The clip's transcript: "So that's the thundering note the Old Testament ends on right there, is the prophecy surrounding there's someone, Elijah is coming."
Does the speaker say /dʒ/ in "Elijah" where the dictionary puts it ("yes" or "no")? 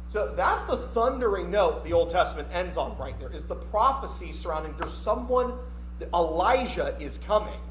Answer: no